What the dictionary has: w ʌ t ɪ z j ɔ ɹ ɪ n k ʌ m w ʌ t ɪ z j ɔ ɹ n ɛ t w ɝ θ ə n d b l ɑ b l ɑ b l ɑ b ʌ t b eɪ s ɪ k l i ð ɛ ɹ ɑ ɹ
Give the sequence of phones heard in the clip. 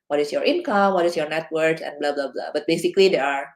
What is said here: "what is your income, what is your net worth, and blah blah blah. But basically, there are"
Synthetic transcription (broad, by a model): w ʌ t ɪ s j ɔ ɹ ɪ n k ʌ m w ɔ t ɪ s j ɔ ɹ n ɛ t w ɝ s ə n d b l ɑ b l ɑ b l ɑ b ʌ t b eɪ s ɪ k l i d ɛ ɹ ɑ ɹ